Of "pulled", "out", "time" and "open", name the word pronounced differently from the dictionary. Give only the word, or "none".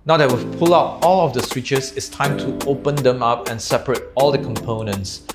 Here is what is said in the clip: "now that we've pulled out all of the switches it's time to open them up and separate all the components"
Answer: pulled